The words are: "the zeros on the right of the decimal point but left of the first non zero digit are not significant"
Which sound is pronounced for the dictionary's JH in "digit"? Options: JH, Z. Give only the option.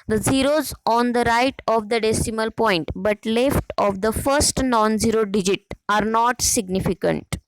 JH